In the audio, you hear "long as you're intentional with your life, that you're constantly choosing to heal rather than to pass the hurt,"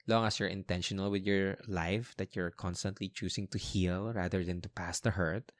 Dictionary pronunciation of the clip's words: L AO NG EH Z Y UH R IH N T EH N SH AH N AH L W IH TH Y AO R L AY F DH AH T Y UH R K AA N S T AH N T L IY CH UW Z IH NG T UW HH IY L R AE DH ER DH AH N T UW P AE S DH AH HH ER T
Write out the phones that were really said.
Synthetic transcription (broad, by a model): L AO NG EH S Y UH R IH N T EH N SH AH N AH L W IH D Y AO R L AY F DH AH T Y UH R K AA N S T AH N T L IY CH UW S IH NG T UW HH IY L R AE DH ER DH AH N T UW P AE S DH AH HH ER T